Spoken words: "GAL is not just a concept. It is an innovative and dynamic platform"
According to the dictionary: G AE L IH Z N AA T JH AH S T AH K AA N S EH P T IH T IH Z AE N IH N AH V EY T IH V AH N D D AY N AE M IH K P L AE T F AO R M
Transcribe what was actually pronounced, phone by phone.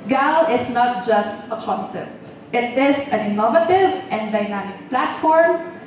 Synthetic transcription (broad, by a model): G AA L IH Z N AA T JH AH S T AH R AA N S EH T IH T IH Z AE N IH N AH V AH T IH V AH N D D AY N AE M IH K P L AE T F AO R M